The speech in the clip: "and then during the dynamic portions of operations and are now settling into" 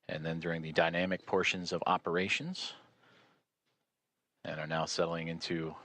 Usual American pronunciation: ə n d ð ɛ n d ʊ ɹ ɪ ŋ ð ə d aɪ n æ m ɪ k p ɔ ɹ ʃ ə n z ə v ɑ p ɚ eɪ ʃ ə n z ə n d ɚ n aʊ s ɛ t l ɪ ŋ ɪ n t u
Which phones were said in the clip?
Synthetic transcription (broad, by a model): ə n ð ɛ n d ʊ ɹ ɪ ŋ ð ə d aɪ n æ m ɪ k p ɔ ɹ ʃ ə n z ə v ɑ p ɚ eɪ ʃ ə n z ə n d ɚ n aʊ s ɛ t l ɪ ŋ ɪ n t u